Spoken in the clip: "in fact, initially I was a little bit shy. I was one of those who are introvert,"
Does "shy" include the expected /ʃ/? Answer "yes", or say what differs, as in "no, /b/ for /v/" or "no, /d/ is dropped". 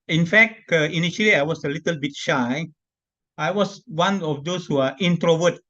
yes